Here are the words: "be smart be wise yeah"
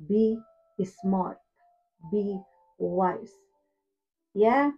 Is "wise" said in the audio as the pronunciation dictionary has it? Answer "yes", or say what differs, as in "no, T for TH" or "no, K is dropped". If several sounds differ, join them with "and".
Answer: no, S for Z